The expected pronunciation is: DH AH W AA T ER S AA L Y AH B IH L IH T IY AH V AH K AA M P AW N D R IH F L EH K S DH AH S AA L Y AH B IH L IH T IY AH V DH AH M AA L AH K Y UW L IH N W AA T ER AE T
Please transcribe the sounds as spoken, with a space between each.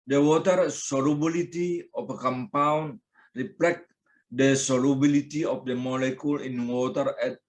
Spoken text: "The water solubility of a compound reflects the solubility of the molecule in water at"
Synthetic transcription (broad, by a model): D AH W AA T ER S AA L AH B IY L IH T IY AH F AH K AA M P AW N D R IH P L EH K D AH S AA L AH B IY L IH T IY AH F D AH M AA L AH K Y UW L IH N W AA T ER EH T